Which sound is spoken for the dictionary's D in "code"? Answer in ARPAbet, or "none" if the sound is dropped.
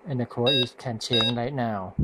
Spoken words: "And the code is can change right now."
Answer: none